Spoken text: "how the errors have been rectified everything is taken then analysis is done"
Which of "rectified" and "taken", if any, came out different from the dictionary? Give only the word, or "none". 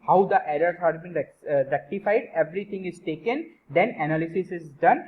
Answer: none